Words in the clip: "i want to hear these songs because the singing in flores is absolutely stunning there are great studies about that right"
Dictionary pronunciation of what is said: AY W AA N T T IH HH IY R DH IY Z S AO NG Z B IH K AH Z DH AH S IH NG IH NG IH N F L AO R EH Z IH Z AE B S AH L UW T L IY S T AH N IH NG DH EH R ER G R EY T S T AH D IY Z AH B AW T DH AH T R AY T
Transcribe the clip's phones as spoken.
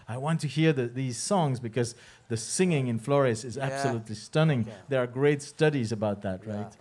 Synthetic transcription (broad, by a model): AY W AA N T T IH HH IY R DH IY Z S AO NG Z B IH K AH Z DH AH S IH NG IH NG IH N F L AO R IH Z IH Z AE B S AH L UW T L IY S T AH N IH NG DH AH R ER G R EY T S T AH D IY Z AH B AW T DH AH T R AY T